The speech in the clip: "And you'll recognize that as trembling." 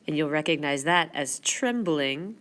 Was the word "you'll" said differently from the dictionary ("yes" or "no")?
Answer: no